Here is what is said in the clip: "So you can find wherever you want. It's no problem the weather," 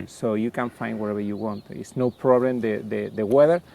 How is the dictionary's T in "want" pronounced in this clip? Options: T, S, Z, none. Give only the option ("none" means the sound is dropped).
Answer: T